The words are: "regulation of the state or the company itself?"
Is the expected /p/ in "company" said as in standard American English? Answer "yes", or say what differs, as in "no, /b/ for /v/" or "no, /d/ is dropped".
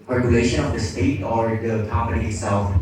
yes